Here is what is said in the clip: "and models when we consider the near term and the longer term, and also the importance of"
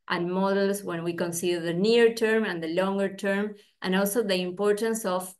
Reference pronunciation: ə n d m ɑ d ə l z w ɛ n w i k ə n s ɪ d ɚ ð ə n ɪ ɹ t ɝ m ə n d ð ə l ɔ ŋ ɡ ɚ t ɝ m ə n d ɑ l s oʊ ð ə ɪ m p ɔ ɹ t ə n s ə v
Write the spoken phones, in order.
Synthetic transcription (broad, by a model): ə n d m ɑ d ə l s w ɛ n w i k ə n s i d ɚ ð ə n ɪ ɹ t ɝ m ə n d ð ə l ɔ ŋ ɡ ɚ t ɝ m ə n ɑ l s oʊ ð ə ɪ m p ɔ ɹ t ə n s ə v